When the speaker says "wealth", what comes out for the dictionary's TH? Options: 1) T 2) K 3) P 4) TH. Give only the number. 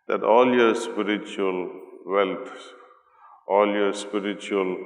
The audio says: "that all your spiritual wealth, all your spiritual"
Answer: 1